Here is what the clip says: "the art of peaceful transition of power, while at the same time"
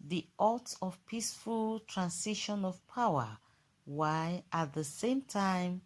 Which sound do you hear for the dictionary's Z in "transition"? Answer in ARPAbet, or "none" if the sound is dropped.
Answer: S